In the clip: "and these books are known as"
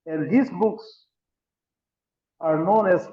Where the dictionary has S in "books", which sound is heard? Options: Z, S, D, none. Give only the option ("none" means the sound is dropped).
S